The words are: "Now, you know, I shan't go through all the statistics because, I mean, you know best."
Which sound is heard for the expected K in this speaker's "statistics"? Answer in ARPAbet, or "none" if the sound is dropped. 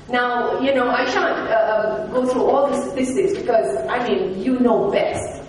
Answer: none